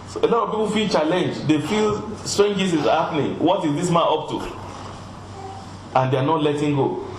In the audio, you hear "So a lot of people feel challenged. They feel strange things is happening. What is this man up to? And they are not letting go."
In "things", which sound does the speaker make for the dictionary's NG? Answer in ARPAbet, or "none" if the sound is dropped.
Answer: none